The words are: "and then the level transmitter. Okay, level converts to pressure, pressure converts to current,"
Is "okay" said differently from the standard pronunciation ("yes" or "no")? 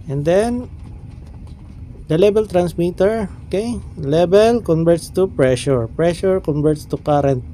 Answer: no